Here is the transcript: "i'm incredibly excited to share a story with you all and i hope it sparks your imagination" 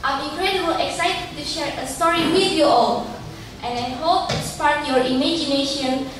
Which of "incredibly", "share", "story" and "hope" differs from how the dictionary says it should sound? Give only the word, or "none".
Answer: incredibly